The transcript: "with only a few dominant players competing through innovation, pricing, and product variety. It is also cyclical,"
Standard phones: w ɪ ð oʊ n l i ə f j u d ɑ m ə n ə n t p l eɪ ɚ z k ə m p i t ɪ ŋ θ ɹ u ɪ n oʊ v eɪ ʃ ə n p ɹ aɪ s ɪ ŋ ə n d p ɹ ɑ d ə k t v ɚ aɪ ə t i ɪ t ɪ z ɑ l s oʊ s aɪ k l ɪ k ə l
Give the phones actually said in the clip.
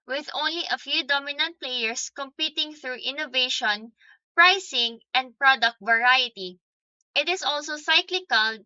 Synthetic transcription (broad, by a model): w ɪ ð oʊ n l i ə f j u d ɑ m ə n ə n t p l eɪ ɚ s k ə m p i t ɪ ŋ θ ɹ u ɪ n oʊ v eɪ ʃ ə n p ɹ aɪ s ɪ ŋ ə n d p ɹ ɑ d ə k t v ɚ aɪ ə t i ɪ t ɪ s ɑ l s oʊ s aɪ k l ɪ k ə l